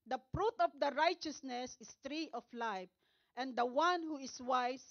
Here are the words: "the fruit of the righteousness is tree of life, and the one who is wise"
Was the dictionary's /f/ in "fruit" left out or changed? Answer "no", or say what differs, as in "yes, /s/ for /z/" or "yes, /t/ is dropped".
yes, /p/ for /f/